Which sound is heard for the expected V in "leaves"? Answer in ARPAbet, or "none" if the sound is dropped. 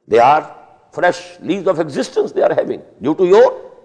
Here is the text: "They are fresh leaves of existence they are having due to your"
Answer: none